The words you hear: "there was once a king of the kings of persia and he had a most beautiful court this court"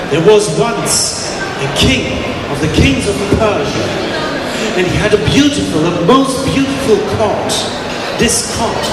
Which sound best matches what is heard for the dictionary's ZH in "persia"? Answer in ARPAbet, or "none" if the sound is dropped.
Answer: ZH